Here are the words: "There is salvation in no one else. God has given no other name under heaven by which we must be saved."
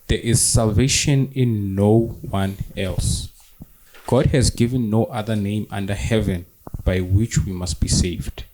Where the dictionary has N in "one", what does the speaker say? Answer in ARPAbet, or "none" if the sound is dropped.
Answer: N